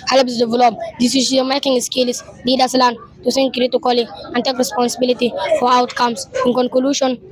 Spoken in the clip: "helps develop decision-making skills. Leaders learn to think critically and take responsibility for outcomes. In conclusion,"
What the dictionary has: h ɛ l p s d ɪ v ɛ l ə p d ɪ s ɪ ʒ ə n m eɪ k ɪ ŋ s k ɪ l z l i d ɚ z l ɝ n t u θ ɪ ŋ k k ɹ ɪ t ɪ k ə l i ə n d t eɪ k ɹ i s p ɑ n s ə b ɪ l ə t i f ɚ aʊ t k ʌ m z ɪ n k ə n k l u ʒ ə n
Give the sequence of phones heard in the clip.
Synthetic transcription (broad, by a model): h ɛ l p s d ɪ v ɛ l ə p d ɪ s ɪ s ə m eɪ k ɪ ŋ s k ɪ l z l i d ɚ s l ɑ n t u s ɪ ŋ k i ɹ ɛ t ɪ k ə l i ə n t eɪ k ɹ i s p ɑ n s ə b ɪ l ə t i f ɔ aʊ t k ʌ m s ɪ n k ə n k l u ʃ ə n